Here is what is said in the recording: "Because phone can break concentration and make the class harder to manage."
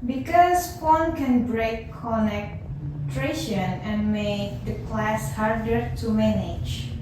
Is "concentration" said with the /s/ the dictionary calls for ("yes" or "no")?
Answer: no